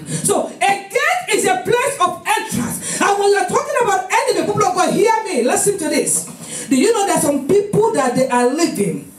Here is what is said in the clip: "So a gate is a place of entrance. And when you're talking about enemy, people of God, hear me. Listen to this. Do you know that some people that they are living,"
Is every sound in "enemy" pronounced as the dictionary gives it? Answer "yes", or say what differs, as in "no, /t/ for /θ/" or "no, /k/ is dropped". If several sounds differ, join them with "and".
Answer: no, /m/ is dropped